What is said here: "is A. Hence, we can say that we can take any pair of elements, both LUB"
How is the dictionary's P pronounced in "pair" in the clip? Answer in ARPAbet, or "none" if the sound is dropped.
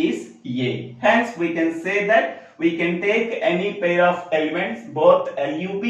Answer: P